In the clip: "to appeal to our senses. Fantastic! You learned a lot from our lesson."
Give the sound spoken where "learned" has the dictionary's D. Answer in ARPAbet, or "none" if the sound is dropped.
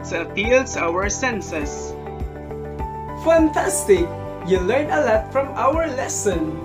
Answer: none